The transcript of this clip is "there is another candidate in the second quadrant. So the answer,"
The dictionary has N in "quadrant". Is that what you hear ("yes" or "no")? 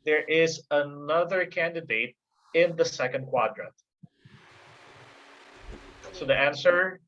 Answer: no